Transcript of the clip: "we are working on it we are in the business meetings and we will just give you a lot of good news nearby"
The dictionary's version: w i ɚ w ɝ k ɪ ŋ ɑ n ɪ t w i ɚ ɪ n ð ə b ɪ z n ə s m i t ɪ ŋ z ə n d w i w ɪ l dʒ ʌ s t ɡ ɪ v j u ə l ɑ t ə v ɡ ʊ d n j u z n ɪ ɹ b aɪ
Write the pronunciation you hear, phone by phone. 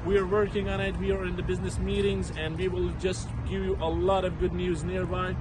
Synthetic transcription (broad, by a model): w i ɚ w ɝ k ɪ ŋ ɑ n ɪ t w i ɚ ɪ n ð ə b ɪ z n ə s m i t ɪ ŋ z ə n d w i w ɪ l dʒ ʌ s t ɡ ɪ v j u ə l ɑ t ə v ɡ ʊ d n j u z n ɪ ɹ b aɪ